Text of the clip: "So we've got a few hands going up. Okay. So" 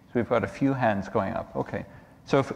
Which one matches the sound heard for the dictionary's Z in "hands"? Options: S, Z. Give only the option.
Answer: Z